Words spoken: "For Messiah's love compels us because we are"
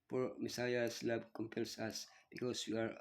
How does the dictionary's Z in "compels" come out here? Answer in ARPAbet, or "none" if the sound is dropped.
S